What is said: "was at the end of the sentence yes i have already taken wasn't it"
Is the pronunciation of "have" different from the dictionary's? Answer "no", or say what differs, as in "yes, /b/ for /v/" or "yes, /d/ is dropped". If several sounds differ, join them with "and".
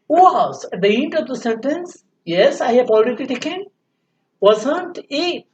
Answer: yes, /p/ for /v/